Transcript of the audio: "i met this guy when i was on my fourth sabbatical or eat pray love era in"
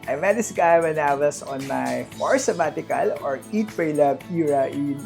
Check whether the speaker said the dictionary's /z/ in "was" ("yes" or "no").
no